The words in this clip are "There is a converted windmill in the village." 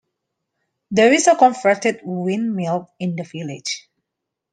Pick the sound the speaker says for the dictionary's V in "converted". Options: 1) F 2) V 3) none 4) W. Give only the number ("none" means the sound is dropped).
1